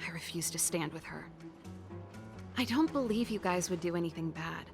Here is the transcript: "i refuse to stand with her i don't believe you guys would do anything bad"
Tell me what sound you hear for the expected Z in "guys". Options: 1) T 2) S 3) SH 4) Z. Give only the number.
4